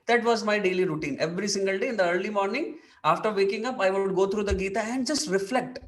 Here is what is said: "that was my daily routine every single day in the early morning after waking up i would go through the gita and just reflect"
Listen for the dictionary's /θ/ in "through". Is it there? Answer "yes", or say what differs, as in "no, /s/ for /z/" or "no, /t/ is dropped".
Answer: no, /t/ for /θ/